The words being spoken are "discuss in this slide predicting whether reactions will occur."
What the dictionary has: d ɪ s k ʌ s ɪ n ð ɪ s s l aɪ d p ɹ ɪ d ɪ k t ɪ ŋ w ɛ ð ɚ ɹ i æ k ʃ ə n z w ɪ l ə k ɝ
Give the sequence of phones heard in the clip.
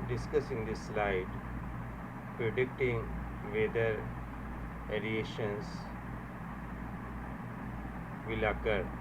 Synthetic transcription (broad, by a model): d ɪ s k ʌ s ɪ n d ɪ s s l aɪ d p ɹ ɪ d ɪ k t ɪ ŋ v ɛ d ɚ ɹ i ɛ ʃ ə n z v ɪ l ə k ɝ